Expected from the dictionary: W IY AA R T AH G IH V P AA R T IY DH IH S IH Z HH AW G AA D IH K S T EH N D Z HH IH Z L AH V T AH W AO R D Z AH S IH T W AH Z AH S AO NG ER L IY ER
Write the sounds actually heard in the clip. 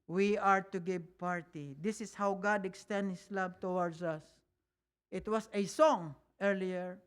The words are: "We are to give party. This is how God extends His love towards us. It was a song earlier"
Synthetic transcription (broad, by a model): W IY AA R T AH G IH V P AA R T IY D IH S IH S HH AW G AA D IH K S T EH N D HH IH S L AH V T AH W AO R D S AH S IH T W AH S AH S AO NG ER L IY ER